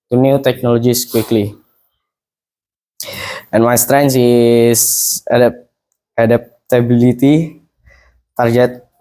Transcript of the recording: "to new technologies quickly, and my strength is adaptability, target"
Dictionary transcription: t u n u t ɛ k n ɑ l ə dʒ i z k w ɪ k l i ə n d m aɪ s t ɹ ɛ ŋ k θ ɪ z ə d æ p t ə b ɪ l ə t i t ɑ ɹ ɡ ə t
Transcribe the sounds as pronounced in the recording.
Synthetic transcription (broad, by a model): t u n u t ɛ k n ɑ l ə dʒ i s k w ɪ k l i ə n m aɪ s t ɹ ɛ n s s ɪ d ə d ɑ p t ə b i l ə t i t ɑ ɹ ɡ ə t